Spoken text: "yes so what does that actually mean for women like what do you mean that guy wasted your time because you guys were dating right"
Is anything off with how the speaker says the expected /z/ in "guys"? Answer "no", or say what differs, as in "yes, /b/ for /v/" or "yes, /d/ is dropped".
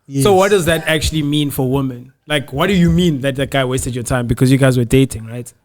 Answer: no